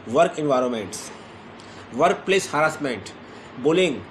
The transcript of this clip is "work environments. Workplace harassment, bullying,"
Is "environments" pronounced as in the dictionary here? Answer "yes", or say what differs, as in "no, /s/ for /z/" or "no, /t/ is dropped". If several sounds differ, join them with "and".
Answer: yes